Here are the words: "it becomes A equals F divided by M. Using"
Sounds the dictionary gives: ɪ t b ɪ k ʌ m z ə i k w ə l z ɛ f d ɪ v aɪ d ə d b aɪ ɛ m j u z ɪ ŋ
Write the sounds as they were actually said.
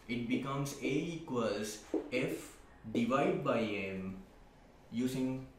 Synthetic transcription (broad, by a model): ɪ t b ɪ k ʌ m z ə i k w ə l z ɛ f d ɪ v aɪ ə d b aɪ ɛ m j u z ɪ ŋ